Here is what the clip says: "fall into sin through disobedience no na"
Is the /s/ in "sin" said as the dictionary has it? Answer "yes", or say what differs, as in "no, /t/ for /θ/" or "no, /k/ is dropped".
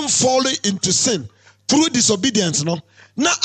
yes